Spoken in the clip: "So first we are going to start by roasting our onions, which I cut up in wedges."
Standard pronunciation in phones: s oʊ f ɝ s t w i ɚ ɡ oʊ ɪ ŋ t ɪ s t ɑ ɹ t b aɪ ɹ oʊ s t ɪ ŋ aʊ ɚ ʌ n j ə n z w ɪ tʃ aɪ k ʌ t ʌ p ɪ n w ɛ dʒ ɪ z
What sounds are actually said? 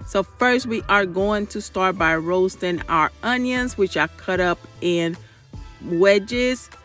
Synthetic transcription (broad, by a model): s oʊ f ɝ s t w i ɚ ɡ oʊ ɪ ŋ t ɪ s t ɑ ɹ t b aɪ ɹ oʊ s t ɪ ŋ aʊ ɚ ʌ n j ə n z w ɪ tʃ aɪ k ʌ t ʌ p ɪ n w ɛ dʒ ɪ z